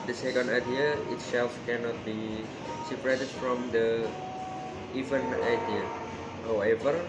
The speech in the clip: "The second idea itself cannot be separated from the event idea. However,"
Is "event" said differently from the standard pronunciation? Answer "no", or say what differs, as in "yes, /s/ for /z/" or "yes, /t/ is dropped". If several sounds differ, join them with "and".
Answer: yes, /t/ is dropped